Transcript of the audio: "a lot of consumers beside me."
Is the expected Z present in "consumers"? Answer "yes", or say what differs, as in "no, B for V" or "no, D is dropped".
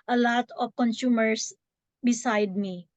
no, S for Z